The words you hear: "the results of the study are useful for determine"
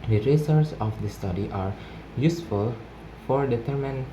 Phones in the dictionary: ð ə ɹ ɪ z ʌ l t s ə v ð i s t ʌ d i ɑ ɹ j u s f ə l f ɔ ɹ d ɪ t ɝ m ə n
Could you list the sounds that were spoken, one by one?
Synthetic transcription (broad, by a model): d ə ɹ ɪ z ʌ t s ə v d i s t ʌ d i ɑ ɹ j u s f ə l f ɔ ɹ d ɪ t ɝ m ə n